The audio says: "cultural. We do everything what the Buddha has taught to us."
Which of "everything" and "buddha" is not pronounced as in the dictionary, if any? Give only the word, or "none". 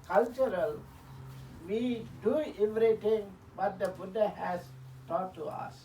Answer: everything